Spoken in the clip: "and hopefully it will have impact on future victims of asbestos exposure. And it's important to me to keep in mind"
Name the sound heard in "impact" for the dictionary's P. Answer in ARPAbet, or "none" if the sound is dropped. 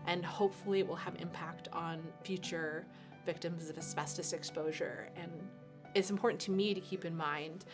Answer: P